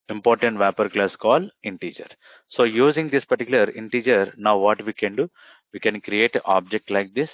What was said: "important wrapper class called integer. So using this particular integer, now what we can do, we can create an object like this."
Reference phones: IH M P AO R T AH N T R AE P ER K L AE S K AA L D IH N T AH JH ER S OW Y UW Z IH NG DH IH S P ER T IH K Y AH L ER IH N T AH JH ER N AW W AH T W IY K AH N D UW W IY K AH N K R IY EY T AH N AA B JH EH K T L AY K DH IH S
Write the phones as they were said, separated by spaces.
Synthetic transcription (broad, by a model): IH M P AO R T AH N T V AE P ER K L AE S K AA L IH N T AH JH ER S OW Y UW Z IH NG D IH S P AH T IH K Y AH L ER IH N T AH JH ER N AW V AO T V IY K AH N D UW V IY K AH N K R IY EY T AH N AA B JH EH K T L AY K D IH S